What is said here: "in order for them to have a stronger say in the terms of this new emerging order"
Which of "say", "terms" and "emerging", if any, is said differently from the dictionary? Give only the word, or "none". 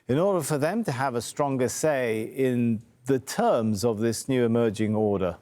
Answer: none